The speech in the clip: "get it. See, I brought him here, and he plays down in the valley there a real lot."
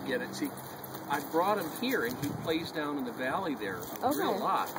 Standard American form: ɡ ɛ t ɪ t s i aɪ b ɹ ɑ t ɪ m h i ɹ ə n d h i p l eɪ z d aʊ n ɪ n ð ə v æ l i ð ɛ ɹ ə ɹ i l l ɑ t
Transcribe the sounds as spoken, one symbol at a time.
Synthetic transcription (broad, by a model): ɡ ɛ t ɪ t s i aɪ b ɹ ɑ t ɪ m h i ɹ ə n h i p l eɪ z d aʊ n ɪ n ð ə v æ l i ð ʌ ɹ ə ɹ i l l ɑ t